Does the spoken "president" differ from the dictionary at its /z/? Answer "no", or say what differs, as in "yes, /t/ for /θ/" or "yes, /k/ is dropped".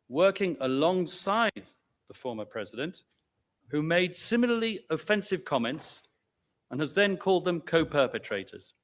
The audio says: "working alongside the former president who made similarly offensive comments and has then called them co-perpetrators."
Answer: no